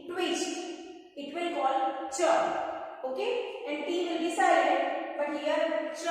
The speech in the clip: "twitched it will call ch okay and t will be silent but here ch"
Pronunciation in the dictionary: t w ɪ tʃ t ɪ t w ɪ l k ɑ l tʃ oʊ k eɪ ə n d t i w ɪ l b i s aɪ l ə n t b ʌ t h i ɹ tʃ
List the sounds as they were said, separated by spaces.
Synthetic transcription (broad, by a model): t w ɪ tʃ ɪ t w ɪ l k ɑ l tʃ oʊ k eɪ ə n d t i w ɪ l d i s aɪ ə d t b ʌ t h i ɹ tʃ